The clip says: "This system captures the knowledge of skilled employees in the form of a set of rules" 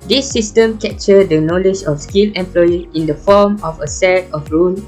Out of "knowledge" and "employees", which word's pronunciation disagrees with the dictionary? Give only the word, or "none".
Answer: employees